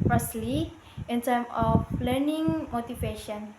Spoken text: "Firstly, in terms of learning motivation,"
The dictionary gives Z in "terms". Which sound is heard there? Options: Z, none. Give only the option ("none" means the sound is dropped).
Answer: none